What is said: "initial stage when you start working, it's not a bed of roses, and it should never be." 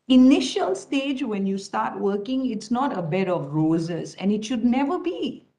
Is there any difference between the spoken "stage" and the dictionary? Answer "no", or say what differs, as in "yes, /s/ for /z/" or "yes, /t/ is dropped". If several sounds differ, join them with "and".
no